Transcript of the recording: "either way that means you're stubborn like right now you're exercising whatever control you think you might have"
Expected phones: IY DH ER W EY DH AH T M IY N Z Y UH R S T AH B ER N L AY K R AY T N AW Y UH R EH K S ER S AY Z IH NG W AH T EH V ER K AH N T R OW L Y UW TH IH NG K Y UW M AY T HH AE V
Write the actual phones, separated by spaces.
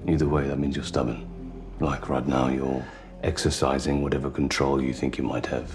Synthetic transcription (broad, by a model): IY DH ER W EY DH AH T M IY N Z Y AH R S T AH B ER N L AY K R AY T N AW Y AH R EH K S ER S AY Z IH NG W AH T EH V ER K N T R OW L Y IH TH IH NG K Y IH M AY T HH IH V